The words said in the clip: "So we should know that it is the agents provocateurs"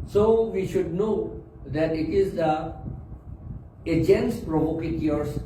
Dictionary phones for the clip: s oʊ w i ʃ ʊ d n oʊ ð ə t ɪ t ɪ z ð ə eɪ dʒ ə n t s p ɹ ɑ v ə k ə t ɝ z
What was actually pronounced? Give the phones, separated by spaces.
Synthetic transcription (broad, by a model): s oʊ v i ʃ ʊ d n oʊ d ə t ɪ t ɪ z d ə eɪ dʒ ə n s p ɹ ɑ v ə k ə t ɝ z